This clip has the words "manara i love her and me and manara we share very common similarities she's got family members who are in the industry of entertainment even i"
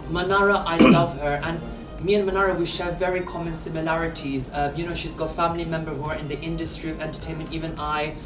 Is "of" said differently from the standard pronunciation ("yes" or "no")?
no